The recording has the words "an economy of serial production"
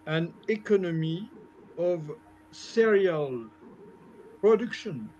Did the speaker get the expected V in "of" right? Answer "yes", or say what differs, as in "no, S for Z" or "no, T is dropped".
yes